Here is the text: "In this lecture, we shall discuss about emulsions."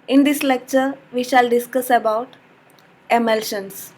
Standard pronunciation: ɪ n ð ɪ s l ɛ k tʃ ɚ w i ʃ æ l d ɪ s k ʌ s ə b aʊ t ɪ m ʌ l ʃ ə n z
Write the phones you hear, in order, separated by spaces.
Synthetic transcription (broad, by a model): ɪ n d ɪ s l ɛ k tʃ ɚ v i ʃ æ l d ɪ s k ʌ s ə b aʊ t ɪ m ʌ l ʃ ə n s